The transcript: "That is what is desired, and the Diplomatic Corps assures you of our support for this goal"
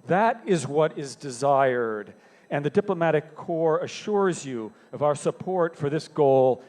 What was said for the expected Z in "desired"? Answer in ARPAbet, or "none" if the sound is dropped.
Z